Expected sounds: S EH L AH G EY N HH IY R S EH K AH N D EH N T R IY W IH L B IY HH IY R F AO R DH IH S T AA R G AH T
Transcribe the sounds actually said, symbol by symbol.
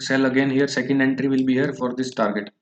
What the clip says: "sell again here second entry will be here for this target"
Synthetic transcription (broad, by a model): S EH L AH G EY N HH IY R S EH K AH N D EH N T R IY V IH L B IY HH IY R F AO R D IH S T AA R G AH T